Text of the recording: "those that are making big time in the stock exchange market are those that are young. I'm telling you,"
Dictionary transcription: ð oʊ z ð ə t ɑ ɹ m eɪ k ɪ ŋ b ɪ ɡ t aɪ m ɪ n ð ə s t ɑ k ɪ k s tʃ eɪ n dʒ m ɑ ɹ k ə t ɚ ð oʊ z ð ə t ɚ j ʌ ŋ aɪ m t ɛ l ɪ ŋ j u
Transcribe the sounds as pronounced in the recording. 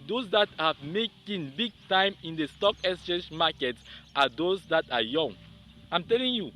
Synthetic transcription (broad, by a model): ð oʊ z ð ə t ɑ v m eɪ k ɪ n b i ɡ t aɪ m ɪ n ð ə s t ɑ k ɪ s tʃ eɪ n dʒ m ɑ k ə t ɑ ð oʊ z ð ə t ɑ j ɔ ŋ aɪ m t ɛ l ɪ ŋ j u